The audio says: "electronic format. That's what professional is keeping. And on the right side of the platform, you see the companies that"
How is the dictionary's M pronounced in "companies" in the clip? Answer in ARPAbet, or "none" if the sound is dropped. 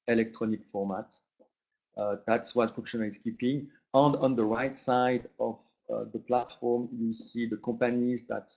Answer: none